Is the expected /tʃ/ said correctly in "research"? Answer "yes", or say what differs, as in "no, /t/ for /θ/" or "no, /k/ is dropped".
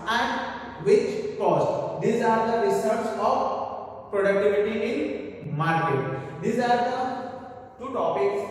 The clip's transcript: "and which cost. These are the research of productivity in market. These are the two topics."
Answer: no, /s/ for /tʃ/